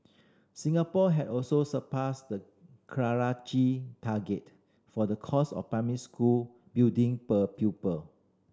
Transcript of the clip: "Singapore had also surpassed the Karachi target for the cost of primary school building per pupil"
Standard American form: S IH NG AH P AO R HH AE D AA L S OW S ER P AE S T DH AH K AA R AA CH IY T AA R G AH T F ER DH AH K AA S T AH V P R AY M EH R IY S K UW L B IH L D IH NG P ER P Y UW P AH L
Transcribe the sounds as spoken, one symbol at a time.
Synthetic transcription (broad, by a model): S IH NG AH P AO HH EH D AA L S OW S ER P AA S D AH K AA R AA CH IY T AA G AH T F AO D AH K AA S AH F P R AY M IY S K UW L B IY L D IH NG P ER P Y UW P AH L